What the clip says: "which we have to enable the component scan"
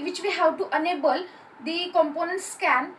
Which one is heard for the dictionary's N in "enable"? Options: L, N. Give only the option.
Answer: N